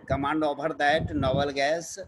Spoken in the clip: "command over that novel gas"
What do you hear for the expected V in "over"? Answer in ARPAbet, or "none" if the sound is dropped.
P